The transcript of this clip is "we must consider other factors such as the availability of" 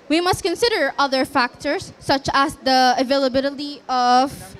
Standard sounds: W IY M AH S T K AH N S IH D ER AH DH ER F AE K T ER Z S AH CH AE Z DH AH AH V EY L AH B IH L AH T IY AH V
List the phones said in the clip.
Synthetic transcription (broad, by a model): W IY M AH S T K AH N S IH D ER AH DH ER F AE K T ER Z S AH CH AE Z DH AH AH V EY L AH B IH L AH T IY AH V